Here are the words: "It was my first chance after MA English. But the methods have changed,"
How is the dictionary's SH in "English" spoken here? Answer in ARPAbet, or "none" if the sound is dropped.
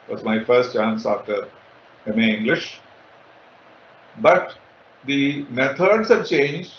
SH